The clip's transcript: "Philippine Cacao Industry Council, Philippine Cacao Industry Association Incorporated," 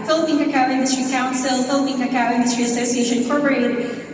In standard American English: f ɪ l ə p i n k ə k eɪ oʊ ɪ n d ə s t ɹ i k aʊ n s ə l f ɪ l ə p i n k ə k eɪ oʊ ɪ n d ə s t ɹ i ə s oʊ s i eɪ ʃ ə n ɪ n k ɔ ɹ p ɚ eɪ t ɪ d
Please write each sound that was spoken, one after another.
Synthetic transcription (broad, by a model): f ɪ l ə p i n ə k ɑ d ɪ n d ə s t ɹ i k aʊ n s ə l f ɪ l ə p i n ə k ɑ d ɪ n d ə s t ɹ i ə s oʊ s i eɪ ə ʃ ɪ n k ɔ ɹ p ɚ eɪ t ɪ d